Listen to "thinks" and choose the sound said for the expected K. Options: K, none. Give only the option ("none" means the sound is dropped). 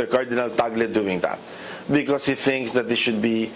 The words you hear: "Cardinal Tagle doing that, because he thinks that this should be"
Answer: K